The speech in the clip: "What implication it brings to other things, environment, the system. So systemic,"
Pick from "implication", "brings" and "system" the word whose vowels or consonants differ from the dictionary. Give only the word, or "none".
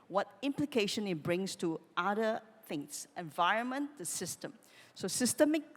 brings